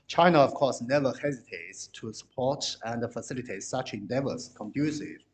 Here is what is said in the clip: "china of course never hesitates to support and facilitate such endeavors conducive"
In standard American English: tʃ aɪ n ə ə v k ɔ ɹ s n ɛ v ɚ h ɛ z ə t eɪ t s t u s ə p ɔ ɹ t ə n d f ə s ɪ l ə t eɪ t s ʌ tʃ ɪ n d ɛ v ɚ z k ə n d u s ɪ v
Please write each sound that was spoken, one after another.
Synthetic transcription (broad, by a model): tʃ aɪ n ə ə v k ɔ ɹ s n ɛ v ɚ h ɛ z ə t eɪ t s t u s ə p ɔ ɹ t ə n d f ə s ɪ l ə t eɪ t s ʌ tʃ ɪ n d ɛ v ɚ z k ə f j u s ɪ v